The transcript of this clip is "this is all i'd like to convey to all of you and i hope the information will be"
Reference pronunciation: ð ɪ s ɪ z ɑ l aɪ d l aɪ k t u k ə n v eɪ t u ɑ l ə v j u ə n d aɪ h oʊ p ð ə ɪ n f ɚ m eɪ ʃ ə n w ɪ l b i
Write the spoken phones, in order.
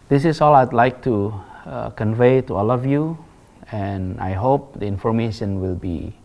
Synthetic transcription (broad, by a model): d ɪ s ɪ s ɑ l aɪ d l aɪ k t u k ə n v eɪ t u ɑ l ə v j u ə n aɪ h oʊ p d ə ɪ n f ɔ m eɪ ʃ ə n w ɪ l b i